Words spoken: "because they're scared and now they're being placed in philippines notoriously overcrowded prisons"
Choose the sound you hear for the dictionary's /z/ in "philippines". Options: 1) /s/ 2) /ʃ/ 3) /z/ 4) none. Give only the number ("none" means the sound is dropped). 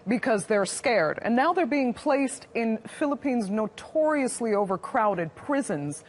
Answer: 3